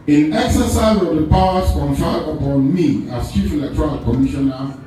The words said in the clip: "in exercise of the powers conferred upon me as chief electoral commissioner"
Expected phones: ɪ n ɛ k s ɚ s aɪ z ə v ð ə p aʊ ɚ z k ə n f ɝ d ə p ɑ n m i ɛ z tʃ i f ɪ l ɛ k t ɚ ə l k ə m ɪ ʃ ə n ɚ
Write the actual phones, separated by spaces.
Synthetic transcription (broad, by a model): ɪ n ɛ k s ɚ s aɪ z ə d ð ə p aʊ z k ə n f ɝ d ə p ɑ n m i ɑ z tʃ i f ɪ l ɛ k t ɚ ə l k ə m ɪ ʃ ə n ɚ